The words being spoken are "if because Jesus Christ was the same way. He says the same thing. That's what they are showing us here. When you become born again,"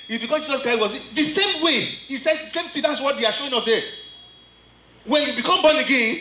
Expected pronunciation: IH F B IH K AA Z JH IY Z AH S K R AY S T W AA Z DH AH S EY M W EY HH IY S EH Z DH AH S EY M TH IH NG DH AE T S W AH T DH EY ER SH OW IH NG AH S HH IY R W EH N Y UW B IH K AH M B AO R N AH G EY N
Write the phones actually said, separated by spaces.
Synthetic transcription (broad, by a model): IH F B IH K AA JH IY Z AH S K R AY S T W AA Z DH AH S EY M W EY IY S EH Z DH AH S EY M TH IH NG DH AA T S W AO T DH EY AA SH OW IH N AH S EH W EH N Y UW B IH K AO M B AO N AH G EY N